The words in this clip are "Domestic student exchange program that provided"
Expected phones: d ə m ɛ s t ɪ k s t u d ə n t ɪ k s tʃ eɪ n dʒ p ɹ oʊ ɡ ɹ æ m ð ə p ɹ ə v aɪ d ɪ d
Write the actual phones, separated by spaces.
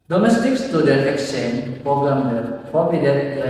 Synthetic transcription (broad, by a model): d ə m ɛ s t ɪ k s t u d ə t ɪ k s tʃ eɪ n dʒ p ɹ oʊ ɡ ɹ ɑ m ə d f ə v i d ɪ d